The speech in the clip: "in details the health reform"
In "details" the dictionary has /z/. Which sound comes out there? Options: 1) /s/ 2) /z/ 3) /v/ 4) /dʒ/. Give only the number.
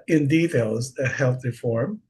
2